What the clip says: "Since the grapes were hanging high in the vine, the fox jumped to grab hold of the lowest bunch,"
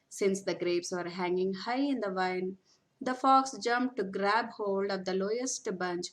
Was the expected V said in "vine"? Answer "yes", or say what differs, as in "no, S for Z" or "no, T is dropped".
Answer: yes